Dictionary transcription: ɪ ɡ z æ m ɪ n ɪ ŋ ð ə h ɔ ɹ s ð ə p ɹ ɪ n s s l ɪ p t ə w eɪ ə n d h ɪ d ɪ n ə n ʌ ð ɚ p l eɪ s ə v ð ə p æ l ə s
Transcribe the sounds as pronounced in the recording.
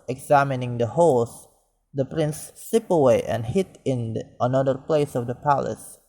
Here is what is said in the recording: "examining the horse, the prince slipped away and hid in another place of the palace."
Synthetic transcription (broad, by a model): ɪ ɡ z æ m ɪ n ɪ ŋ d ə h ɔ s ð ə p ɹ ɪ n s s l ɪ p ə w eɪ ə n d h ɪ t ɪ n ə n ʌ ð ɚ p l eɪ s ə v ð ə p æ l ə s